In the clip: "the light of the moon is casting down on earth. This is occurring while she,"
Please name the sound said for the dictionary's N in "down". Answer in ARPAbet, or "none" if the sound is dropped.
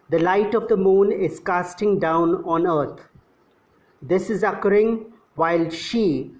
N